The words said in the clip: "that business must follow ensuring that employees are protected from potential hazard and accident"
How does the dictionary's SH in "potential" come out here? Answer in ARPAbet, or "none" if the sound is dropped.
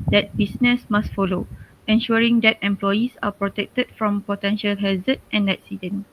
SH